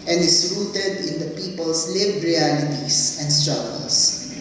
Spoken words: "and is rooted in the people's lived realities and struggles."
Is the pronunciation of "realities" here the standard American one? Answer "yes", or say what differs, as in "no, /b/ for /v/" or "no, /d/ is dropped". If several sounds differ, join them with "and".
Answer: no, /s/ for /z/